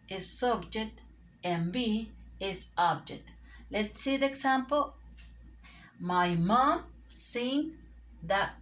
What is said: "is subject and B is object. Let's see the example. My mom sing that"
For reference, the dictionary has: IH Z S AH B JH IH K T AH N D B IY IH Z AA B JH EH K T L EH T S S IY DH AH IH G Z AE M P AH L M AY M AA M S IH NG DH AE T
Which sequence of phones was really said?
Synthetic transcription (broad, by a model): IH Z S AH B JH IH K T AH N B IY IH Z AA B JH EH K T L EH T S S IY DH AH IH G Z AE M P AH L M AY M AA M S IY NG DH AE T